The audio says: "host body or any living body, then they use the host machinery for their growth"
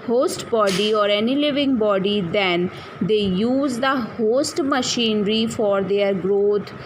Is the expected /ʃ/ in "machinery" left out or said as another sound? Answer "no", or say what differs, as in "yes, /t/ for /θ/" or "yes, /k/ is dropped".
no